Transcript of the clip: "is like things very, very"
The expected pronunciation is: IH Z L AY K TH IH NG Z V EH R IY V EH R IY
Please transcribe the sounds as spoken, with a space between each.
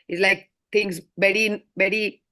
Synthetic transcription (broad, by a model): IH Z L AY K T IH NG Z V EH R IY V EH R IY